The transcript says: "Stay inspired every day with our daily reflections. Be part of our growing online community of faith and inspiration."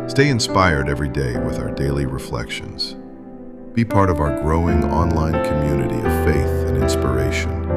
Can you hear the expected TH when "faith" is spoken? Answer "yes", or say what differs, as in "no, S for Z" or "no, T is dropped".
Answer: yes